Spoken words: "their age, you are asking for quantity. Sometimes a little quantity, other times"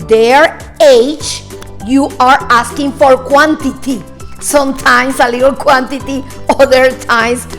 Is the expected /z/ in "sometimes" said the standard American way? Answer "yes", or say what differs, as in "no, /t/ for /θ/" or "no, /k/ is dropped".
no, /s/ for /z/